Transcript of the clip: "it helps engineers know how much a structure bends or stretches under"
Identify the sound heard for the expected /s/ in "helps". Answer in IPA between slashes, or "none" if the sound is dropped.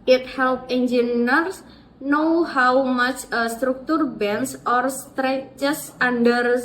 none